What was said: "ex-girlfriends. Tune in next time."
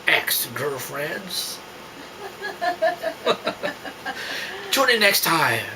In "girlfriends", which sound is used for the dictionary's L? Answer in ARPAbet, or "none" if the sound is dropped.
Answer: none